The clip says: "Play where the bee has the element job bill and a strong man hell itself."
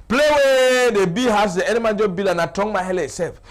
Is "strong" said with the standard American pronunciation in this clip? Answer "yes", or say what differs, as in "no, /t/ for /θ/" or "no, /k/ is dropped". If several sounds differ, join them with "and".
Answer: no, /ɹ/ is dropped